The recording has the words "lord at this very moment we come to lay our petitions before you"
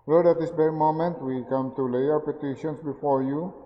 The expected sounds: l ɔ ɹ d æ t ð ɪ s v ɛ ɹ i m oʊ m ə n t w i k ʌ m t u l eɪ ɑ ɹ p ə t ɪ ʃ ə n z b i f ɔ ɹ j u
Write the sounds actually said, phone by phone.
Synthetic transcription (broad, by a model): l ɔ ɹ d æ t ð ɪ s b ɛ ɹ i m oʊ m ə n t w i k ʌ m t u l eɪ ɑ ɹ p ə t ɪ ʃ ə n s b i f ɔ ɹ j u